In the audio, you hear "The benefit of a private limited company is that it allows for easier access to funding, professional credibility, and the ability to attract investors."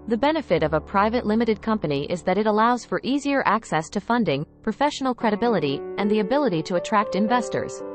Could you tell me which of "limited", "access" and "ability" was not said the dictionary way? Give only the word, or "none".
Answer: none